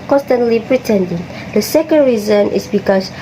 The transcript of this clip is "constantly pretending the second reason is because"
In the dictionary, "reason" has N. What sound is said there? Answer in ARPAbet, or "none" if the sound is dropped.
N